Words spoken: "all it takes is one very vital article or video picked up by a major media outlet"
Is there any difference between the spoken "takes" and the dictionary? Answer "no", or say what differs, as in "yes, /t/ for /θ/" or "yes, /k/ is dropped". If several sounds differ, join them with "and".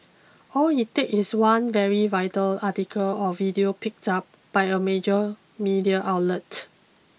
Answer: yes, /s/ is dropped